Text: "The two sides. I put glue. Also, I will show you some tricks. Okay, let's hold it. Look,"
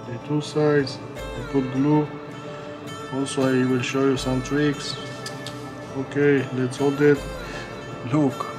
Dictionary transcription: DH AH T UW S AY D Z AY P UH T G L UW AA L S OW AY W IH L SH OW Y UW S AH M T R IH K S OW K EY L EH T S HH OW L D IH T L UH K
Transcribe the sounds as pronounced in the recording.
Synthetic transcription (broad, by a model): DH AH T UW S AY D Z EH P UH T G L UW AA L S OW AY W IH L SH OW Y UW S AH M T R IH K S OW K EY L EH T S HH OW L D IH T L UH K